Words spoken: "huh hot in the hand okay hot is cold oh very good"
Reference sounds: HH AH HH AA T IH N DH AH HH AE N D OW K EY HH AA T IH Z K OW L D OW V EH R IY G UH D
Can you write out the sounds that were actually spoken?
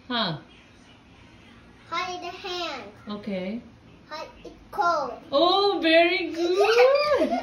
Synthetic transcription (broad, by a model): HH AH HH AA IH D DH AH HH AE N D OW K EY HH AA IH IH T K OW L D OW V EH R IY G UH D